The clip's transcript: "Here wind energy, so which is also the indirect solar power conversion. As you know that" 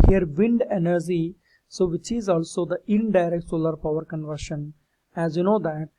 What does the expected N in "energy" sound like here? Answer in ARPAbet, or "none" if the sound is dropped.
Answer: N